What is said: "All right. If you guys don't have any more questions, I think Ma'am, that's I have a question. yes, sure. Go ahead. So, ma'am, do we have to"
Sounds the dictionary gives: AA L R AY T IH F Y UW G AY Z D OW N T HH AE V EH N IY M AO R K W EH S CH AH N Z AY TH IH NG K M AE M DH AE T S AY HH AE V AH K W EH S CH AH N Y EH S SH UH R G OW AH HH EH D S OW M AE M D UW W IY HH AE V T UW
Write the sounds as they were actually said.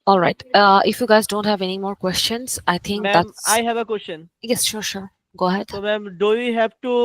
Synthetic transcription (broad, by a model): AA L R AY T IH F Y UW G AY Z D OW N T HH AE V EH N IY M AO R K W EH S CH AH N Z AY T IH NG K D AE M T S AY HH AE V AH K W EH S CH AH N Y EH S SH UH R G OW AH HH EH D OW M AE M D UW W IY HH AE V T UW